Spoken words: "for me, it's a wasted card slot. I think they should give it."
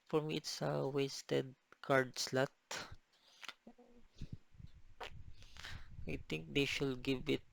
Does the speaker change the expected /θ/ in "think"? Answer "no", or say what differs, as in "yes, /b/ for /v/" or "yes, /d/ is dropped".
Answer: yes, /t/ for /θ/